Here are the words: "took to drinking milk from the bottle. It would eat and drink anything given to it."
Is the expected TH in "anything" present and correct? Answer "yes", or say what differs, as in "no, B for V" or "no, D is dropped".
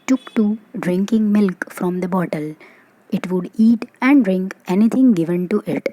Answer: no, T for TH